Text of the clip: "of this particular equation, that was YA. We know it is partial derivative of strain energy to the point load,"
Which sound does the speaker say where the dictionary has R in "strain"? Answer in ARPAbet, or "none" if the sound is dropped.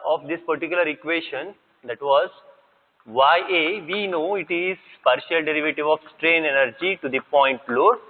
R